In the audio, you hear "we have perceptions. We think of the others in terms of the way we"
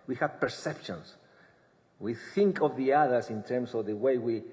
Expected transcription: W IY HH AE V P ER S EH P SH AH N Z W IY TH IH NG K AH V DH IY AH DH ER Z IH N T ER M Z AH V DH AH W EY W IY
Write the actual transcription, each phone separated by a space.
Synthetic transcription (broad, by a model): W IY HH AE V P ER S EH P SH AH N S W IY TH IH NG K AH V DH IY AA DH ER S IH N T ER M S AH V DH AH W EY W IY